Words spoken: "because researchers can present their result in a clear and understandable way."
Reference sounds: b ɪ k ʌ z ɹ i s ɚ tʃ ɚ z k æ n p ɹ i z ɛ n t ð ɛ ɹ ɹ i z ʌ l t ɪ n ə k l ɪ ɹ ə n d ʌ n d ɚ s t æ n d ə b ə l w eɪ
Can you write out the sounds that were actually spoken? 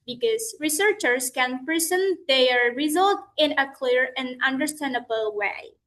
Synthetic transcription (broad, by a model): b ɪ k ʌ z ɹ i s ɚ tʃ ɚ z k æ n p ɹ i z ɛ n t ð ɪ ɹ ɹ i z ʌ l t ɪ n ə k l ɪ ɹ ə n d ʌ n d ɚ s t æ n d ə b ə l w eɪ